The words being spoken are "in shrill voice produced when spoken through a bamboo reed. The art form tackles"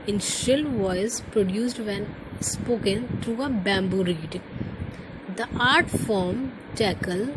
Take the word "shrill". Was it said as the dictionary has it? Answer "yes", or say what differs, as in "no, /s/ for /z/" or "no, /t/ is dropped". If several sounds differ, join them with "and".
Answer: no, /ɹ/ is dropped